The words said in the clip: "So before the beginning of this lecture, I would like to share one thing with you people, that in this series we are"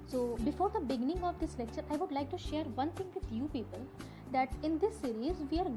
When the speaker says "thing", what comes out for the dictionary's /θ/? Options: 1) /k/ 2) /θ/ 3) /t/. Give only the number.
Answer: 3